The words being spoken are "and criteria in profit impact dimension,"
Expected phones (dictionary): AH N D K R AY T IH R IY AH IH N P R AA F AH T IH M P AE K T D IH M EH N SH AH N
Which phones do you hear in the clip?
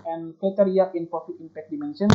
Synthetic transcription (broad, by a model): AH N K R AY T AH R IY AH IH N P AA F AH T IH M P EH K D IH M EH N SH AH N